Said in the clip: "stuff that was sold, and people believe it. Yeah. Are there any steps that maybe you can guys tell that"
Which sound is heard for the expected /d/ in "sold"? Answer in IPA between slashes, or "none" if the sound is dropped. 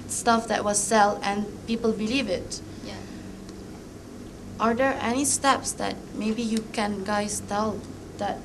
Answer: none